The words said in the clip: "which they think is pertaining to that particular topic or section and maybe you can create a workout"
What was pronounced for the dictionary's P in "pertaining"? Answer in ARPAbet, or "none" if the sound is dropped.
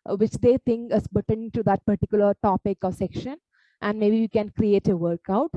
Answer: B